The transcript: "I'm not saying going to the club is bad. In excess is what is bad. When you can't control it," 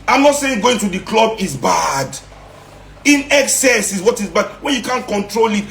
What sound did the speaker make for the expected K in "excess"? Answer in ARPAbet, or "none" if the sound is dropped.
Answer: K